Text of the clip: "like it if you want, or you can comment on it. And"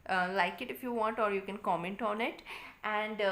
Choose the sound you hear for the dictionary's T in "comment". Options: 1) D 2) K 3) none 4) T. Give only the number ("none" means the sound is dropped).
4